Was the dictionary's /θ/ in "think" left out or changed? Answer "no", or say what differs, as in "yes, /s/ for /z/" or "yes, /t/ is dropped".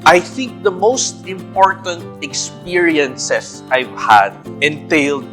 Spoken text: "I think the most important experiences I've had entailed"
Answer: no